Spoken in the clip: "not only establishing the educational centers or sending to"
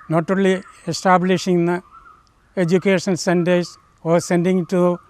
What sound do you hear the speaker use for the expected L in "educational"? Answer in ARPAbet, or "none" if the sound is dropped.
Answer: N